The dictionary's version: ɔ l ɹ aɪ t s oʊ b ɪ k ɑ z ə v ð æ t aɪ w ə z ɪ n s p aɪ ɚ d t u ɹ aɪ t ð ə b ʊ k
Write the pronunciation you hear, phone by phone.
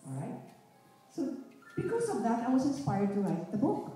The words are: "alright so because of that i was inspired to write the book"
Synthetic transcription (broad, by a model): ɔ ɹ aɪ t s oʊ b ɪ k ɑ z ə v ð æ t aɪ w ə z ɪ n s p aɪ ɚ d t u l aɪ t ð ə b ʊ k